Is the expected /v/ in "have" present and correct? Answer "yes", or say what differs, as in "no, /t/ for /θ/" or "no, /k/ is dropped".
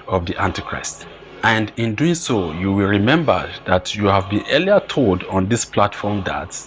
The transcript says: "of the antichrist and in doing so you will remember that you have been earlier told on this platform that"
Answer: yes